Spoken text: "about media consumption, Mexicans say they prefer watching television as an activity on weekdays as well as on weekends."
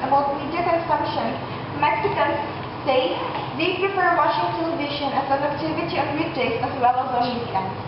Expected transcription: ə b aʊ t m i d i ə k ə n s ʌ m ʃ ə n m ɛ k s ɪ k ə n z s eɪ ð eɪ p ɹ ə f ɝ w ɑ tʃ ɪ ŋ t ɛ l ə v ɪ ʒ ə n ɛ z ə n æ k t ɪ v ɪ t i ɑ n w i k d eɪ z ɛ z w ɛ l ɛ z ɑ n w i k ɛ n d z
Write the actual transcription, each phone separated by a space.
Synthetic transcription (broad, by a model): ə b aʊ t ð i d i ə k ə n s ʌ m ʃ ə n m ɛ k s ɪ k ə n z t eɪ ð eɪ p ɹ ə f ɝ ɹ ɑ ʃ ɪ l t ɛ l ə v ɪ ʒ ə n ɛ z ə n æ k t ɪ v ɪ t i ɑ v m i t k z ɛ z w ɛ l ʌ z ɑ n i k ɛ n